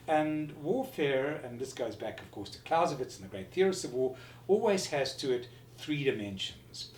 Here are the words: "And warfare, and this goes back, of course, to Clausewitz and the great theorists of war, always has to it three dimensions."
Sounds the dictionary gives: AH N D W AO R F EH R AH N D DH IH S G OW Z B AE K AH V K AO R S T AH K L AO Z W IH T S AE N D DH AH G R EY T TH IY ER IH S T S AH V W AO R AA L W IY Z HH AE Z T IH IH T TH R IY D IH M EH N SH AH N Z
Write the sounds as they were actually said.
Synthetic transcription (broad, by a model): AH N W AO R F EH R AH N DH IH S G OW Z B AE K AH V K AO R S T AH K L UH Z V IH T S N DH AH G R EY T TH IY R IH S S AH V W AO R AA L W IY Z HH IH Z T IH IH T TH R IY D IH M EH N SH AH N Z